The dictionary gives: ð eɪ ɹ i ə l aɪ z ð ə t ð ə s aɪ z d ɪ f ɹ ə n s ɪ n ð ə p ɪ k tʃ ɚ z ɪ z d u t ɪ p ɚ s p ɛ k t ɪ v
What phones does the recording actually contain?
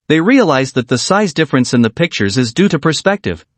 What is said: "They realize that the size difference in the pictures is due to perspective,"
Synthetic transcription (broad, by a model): ð eɪ ɹ i ə l aɪ z ð ə t ð ə s aɪ z d ɪ f ɹ ə n s ɪ n ð ə p ɪ k tʃ ɚ z ɪ z d u t ɪ p ɚ s p ɛ k t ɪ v